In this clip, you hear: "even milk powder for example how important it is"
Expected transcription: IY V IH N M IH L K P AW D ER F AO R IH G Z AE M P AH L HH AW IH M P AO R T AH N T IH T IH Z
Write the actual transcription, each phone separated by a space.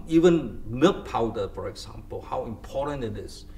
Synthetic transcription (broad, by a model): IY V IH N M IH K P AW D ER F AO R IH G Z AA M P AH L HH AW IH M P AO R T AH N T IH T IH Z